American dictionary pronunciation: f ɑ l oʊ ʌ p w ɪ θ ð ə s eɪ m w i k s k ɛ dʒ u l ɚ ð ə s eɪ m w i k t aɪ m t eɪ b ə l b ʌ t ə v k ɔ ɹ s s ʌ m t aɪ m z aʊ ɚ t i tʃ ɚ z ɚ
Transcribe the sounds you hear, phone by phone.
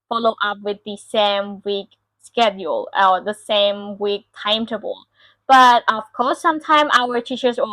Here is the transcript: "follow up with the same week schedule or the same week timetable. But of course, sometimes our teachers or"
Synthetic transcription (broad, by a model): f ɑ l oʊ ʌ p w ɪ ð ə s eɪ m w i k s k ɛ dʒ u l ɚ ð ə s eɪ m w i k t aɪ m t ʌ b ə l b ʌ t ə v k ɔ ɹ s s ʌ m t aɪ m aʊ ɚ t i tʃ ɚ z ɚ